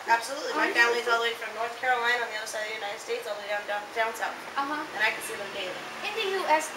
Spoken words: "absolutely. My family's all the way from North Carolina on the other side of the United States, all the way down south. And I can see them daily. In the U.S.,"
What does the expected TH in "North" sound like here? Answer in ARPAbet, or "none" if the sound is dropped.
TH